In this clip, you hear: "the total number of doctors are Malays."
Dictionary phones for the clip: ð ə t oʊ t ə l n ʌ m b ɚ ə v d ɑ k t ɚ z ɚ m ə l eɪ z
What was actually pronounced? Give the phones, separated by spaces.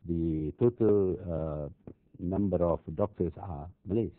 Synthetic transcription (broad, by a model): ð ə t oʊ t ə l n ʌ m b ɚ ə f d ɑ k t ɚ s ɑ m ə l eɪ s